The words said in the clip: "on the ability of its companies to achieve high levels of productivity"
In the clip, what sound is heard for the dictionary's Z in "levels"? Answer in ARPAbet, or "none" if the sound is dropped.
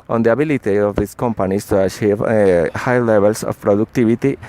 S